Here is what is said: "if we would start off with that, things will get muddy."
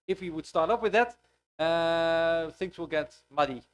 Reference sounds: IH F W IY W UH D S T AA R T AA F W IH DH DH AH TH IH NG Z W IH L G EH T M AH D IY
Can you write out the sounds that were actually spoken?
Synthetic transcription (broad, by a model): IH F W IY W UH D S T AA R T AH P W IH DH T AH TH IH NG S W IH L G EH T M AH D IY